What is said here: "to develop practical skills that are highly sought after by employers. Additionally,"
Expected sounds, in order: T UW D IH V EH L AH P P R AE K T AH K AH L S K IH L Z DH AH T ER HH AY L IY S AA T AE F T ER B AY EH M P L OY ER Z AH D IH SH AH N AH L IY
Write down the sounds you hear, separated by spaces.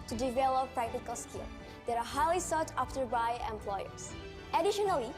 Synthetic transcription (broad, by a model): T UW D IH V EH L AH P P R AE K T AH K AH L S K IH L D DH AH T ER HH AY L IY S AA T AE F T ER B AY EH M P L OY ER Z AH D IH SH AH N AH L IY